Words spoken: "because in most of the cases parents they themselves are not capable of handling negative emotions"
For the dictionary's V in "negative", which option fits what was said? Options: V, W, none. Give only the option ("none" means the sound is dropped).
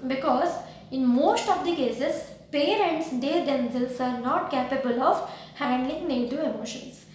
none